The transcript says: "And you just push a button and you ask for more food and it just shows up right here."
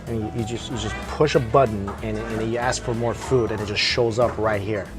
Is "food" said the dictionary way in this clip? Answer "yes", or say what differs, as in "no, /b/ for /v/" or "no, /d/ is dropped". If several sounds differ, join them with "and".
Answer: yes